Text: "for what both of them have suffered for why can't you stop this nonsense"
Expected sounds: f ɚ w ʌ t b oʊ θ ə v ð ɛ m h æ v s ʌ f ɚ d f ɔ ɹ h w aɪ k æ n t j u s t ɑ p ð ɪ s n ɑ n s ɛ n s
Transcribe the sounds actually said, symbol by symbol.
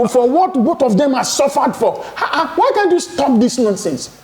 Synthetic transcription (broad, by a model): f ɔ w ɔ t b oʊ t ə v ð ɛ m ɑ s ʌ f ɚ d f ɔ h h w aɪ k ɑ n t j u s t ɑ p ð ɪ s n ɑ n s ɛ n s